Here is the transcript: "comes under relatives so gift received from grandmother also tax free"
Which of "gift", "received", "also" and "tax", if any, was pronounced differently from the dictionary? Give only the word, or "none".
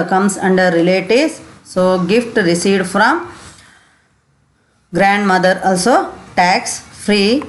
received